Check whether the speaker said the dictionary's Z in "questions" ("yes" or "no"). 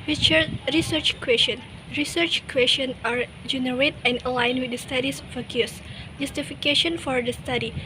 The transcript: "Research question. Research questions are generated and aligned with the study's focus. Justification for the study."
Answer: no